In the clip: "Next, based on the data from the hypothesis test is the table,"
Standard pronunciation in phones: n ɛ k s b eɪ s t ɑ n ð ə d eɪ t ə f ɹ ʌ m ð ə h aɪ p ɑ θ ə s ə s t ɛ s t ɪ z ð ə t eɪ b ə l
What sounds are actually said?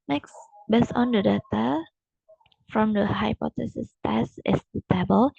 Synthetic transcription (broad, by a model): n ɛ k s b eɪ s ɑ n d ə d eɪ t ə f ɹ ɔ m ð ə h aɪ p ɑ t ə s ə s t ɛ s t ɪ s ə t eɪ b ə l